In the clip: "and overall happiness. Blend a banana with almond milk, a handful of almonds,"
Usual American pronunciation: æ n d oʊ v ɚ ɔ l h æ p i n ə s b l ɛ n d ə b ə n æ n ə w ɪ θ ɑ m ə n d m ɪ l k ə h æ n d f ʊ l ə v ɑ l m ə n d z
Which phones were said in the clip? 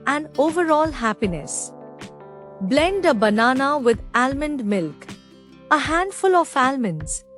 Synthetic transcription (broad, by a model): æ n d oʊ v ɚ ɔ l h æ p i n ə s b l ɛ n d ə b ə n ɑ n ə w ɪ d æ m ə n d m ɪ l k ə h æ n d f ʊ l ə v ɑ l m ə n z